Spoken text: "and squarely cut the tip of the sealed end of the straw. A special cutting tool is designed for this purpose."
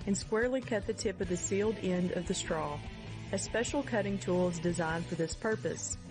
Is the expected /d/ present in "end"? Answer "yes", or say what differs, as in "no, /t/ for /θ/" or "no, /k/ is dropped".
yes